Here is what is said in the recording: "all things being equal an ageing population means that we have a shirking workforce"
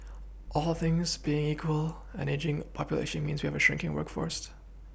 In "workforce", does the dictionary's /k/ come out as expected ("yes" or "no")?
yes